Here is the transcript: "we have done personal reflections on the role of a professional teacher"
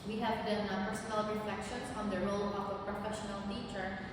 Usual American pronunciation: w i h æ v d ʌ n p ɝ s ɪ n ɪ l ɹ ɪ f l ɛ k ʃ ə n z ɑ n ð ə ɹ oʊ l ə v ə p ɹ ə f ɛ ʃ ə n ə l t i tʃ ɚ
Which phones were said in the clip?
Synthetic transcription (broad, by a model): w i h æ v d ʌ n b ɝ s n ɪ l ɹ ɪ f l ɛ k ʃ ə n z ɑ n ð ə ɹ oʊ l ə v ə p ɹ ə f ɛ ʃ ə n ə l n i tʃ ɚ